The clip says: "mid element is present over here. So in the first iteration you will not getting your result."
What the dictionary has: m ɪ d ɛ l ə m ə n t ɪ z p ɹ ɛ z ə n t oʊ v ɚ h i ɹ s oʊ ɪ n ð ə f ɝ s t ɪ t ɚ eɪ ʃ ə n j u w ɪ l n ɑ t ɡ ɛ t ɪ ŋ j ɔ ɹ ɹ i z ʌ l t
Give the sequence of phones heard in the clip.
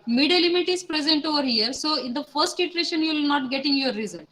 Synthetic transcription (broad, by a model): m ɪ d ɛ l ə m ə t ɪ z p ɹ ɛ z ə n t oʊ v ɚ h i ɹ s oʊ ɪ n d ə f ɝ s t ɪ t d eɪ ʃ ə n j u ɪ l n ɑ t ɡ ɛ t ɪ ŋ j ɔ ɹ ɹ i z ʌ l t